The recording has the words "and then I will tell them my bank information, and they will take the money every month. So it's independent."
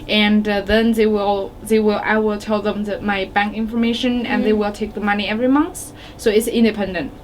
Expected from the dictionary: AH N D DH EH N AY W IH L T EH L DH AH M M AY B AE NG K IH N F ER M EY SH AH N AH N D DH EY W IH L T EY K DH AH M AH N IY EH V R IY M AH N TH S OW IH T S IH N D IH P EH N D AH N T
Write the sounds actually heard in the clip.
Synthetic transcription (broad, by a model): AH N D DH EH N AY W IH L T EH L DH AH M M AY B AE NG K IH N F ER M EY SH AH N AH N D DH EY W IH L T EY K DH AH M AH N IY EH V R IY M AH N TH S OW IH T S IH N D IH P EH N D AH N T